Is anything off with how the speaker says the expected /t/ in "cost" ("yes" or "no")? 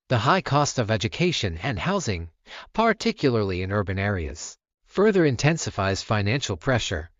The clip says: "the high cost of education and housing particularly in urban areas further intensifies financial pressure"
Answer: no